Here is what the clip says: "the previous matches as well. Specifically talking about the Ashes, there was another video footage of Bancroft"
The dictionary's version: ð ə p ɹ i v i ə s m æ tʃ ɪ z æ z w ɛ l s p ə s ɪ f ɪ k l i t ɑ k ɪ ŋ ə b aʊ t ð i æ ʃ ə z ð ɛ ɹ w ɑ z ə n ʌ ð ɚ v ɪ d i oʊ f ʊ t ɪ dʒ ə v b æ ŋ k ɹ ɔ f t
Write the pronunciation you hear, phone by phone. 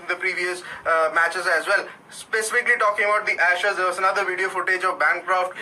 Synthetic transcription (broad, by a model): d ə p ɹ i v i ə s m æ tʃ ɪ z æ z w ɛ l s p ə s ɪ f ɪ k l i t ɑ k ɪ ŋ ə b aʊ t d i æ ʃ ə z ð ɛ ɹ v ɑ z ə n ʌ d ɚ v ɪ d i oʊ f ʊ t ɪ dʒ ə v b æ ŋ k ɹ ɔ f t